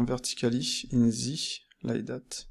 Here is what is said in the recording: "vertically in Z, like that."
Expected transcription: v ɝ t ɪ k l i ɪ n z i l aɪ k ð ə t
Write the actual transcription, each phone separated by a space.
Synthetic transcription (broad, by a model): v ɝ t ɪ k l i ɪ n z i l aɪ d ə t